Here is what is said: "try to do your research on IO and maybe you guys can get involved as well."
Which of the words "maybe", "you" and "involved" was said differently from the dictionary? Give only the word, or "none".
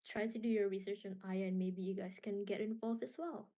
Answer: involved